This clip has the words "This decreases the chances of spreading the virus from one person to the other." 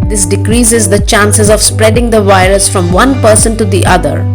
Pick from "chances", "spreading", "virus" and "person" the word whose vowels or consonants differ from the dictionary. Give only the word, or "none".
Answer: none